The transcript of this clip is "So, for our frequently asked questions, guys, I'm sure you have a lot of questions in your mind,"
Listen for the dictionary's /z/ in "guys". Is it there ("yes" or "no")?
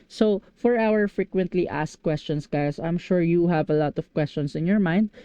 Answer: no